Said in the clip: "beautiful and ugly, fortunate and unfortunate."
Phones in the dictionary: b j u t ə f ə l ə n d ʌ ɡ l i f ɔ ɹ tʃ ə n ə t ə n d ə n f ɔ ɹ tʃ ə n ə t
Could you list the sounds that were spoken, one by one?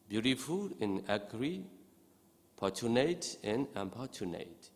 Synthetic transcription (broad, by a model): b j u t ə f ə l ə n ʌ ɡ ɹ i p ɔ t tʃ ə n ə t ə n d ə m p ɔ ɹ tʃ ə n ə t